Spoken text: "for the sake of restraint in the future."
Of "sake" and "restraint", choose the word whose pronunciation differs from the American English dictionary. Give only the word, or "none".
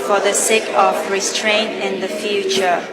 none